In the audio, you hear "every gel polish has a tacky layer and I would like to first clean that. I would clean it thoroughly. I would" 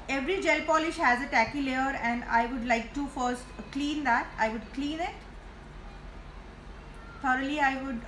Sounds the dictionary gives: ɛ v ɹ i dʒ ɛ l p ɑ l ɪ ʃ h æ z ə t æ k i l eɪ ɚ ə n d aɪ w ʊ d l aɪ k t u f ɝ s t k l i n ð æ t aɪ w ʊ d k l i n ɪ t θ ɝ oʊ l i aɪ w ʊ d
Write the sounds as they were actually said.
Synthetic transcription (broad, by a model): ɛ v ɹ i dʒ ɛ l p ɑ l ɪ ʃ h æ z ə t æ k i l eɪ ɚ ə n d aɪ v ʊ d l aɪ k t u f ɝ s t k l i n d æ t aɪ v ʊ d k l i n ɪ t t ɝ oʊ l i aɪ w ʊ d